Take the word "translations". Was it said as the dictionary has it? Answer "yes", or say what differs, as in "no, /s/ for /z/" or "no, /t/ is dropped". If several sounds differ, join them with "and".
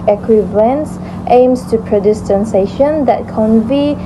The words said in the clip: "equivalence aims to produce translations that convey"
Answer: no, /ɹ/ is dropped and /l/ is dropped